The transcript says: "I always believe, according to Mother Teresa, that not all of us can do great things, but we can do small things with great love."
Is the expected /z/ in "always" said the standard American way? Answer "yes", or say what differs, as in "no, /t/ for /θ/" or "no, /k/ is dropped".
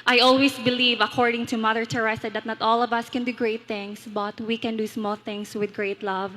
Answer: no, /s/ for /z/